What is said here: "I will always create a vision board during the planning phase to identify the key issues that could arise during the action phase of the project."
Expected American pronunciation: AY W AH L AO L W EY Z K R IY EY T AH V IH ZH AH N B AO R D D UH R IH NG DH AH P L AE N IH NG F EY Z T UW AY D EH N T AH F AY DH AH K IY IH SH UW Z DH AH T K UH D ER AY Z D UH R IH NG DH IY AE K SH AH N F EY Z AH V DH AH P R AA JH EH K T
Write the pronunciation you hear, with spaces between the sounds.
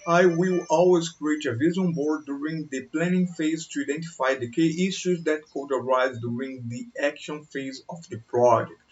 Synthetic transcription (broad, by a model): AY W AH L AO L W EY Z K R IY EY T AH V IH Z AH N B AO R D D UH R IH NG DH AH P L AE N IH NG F EY Z T UW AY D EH N T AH F AY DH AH K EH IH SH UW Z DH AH T K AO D ER AY Z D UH R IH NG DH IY AE K SH AH N F EY Z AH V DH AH P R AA JH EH K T